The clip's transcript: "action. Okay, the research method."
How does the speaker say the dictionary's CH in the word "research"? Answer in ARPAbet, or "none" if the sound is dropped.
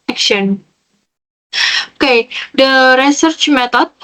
CH